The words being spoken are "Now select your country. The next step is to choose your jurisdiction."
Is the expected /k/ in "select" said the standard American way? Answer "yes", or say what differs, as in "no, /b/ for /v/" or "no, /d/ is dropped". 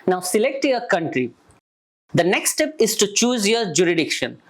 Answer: yes